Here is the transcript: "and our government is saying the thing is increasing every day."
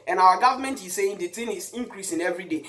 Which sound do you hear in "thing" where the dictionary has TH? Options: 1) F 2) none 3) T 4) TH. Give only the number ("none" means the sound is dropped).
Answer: 3